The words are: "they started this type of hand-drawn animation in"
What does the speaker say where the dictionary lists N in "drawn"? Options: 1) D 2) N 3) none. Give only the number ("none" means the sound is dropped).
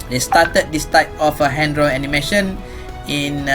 3